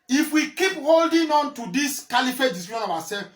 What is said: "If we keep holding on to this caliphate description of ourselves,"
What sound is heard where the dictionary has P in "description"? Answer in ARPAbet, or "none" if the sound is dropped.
none